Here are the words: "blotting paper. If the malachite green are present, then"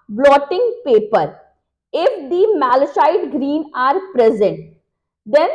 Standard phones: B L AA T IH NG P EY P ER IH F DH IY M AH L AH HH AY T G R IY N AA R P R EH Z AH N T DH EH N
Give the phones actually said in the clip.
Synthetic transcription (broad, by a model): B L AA T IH NG P EY P ER IH F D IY M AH L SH AY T G R IY N AA R P R EH Z AH N T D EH N